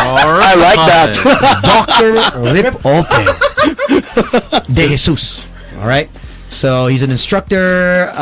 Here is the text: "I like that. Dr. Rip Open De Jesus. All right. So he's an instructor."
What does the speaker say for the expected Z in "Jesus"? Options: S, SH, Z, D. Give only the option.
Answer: S